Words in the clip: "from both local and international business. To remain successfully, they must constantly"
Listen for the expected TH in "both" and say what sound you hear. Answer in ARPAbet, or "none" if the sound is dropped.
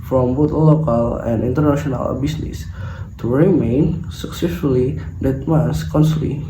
T